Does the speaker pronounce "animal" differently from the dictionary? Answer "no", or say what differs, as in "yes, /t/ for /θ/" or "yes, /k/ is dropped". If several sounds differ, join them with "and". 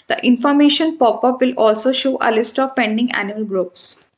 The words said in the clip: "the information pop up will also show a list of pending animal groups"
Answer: yes, /m/ is dropped